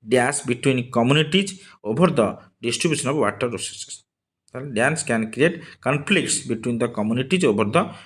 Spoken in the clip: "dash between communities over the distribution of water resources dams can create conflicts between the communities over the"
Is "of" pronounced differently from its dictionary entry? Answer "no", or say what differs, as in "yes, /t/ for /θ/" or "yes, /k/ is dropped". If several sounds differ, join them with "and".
yes, /b/ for /v/